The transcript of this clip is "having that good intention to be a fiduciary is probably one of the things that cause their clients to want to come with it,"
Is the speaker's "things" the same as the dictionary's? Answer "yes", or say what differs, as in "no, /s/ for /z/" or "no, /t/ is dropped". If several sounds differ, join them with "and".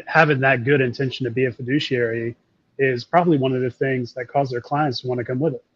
yes